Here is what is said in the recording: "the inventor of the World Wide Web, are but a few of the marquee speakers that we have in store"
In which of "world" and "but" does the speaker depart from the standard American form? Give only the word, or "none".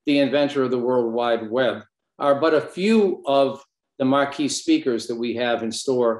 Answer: none